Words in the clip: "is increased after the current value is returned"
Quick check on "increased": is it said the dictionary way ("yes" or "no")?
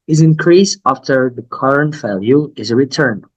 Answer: no